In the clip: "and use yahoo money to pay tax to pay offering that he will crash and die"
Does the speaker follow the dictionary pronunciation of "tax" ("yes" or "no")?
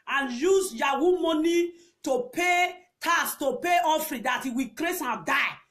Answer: no